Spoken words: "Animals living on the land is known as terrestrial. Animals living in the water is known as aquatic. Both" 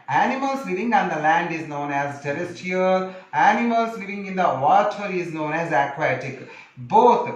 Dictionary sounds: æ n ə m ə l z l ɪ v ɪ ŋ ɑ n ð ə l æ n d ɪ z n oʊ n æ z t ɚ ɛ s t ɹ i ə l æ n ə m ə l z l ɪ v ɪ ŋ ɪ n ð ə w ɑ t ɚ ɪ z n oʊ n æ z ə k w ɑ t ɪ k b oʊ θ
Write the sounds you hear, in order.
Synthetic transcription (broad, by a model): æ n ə m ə l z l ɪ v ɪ ŋ ɑ n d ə l æ n d ɪ z n oʊ n æ z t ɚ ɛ s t i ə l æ n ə m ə l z l ɪ v ɪ ŋ ɪ n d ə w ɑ t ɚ ɪ z n oʊ n æ z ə k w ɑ t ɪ k b oʊ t